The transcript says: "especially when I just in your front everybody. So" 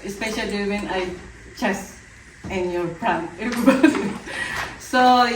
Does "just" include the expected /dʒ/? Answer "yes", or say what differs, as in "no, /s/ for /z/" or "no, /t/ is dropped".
no, /tʃ/ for /dʒ/